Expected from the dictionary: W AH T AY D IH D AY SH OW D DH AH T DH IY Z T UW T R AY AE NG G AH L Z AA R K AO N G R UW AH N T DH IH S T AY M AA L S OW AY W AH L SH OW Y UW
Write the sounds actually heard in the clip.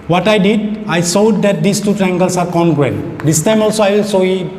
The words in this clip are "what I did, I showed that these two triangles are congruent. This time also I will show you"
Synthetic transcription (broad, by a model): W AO T AY D IH D AY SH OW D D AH T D IY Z T UW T R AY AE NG G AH L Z AA R K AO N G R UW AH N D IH S T AY M AA L S OW AY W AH L S OW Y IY